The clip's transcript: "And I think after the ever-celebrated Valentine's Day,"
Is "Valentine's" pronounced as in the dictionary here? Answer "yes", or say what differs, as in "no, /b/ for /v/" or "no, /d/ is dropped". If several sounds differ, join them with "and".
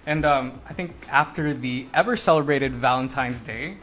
yes